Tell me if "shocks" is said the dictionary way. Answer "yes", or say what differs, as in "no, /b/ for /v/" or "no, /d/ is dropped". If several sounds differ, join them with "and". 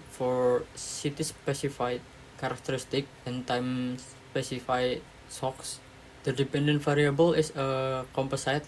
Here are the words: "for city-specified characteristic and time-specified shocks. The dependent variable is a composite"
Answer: no, /s/ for /ʃ/